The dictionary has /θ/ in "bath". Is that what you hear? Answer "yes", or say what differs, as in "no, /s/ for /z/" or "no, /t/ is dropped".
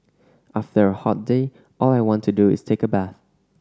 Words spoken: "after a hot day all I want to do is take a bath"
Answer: yes